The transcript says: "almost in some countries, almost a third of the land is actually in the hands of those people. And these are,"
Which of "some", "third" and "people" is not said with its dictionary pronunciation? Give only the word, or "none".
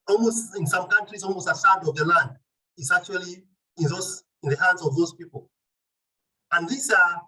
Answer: third